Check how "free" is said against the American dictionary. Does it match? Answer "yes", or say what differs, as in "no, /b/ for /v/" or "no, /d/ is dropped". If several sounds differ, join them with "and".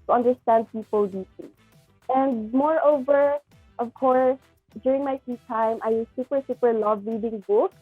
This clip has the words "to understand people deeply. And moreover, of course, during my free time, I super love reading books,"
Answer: no, /ɹ/ is dropped